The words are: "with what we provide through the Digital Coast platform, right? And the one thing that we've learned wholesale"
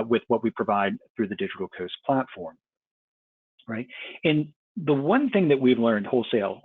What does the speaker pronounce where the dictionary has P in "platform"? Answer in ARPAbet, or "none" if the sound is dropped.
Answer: P